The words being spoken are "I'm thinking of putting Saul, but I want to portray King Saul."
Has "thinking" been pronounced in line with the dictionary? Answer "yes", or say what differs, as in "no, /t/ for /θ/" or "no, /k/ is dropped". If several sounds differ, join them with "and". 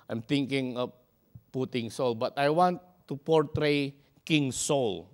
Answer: no, /t/ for /θ/